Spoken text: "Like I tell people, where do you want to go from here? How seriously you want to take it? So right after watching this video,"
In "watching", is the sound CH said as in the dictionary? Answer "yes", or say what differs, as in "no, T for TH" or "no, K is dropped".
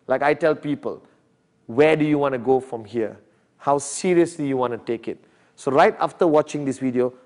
yes